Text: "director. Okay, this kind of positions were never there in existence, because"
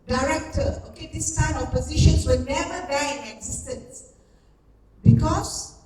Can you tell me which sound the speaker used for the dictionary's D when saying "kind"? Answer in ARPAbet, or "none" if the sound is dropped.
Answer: none